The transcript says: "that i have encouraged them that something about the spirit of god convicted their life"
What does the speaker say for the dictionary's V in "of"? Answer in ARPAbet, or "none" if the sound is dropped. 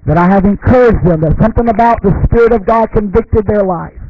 V